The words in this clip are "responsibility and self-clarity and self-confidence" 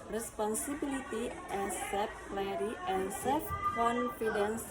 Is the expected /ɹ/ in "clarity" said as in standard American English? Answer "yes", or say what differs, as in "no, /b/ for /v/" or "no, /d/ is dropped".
no, /ɹ/ is dropped